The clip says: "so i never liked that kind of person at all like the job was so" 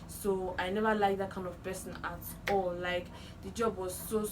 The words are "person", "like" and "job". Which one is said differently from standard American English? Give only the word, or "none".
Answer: person